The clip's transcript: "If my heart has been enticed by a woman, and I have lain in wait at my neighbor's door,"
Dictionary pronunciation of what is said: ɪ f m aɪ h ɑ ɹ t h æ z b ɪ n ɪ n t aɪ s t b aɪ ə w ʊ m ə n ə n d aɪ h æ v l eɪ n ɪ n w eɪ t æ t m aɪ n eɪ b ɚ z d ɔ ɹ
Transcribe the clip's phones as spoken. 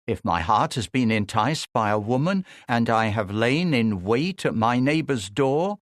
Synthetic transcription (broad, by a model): ɪ f m aɪ h ɑ ɹ t h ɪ z b ɪ n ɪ n t aɪ s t b aɪ ə w ʊ m ə n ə n aɪ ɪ v l eɪ n ɪ n w eɪ t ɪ t m aɪ n eɪ b ɚ z d ɔ ɹ